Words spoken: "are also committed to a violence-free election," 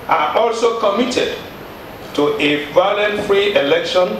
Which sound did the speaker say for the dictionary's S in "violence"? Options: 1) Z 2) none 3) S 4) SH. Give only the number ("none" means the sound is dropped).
2